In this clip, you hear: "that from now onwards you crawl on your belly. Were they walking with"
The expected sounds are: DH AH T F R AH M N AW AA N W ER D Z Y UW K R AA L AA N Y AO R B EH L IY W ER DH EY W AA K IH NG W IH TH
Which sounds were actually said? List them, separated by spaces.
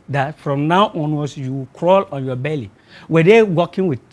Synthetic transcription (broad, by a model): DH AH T F R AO M N AW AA N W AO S Y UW K R AA L AA N Y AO B EH L IY W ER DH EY W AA K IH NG W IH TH